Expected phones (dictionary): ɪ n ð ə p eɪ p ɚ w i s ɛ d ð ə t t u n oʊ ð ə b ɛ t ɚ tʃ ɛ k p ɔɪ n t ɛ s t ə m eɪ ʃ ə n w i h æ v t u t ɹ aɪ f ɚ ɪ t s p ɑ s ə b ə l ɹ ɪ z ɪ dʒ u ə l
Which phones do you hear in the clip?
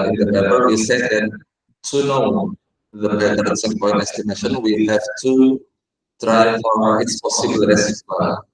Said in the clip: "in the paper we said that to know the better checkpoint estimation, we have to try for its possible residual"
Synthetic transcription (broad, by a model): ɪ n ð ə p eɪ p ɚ w i s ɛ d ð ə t t u n oʊ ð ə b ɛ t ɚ s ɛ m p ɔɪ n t ɛ s t ə m eɪ ʃ ə n w i h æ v t u t ɹ aɪ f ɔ ɪ t s p ɑ s ə b ə l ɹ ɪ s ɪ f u